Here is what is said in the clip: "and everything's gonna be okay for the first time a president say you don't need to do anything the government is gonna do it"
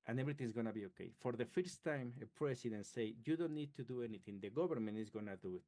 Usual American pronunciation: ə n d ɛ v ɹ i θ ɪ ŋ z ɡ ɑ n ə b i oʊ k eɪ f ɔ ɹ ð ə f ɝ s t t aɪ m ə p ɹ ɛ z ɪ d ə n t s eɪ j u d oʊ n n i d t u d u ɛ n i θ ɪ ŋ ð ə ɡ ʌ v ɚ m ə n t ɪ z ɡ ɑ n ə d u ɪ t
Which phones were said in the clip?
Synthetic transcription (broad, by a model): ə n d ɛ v ɹ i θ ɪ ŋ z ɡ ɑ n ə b i oʊ k eɪ f ɔ ɹ ð ə f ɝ s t t aɪ m ə p ɹ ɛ s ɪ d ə n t s eɪ j u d oʊ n n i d t u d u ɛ n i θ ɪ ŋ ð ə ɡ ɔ b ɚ m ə n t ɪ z ɡ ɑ n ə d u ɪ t